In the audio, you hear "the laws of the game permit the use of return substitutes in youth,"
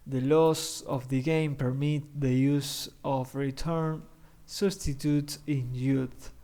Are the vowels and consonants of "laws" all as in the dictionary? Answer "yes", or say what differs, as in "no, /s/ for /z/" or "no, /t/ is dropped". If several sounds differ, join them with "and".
no, /s/ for /z/